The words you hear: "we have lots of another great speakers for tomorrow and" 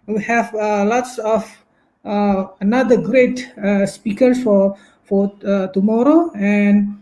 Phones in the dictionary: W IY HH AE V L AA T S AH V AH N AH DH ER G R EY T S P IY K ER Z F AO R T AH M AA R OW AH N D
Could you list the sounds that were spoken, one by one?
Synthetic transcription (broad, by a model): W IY HH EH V L AA T S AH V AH N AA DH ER G R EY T S P IY K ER S F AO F T AH M AA R OW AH N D